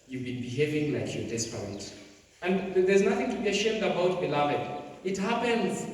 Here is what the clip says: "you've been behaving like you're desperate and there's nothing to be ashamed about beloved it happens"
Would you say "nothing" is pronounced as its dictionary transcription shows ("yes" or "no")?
yes